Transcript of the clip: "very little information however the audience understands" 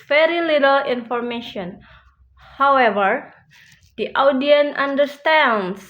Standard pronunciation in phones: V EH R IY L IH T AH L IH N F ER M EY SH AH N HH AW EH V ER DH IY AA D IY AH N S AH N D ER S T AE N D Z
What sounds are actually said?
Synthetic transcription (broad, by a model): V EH R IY L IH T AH L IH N F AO M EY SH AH N HH AW EH V ER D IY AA D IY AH N AH N D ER S T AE N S